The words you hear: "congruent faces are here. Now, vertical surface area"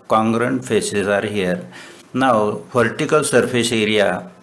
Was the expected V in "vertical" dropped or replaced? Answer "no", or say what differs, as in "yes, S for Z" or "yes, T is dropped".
yes, P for V